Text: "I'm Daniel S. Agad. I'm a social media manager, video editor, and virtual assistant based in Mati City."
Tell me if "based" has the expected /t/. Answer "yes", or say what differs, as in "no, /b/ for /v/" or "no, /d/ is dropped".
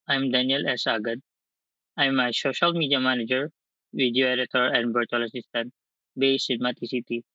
no, /t/ is dropped